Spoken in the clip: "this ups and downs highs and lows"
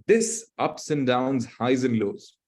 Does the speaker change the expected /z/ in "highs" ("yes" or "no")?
no